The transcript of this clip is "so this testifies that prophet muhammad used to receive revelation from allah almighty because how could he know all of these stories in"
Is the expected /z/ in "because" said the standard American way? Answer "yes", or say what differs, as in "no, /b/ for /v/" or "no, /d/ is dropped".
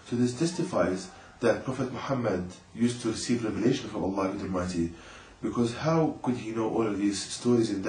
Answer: yes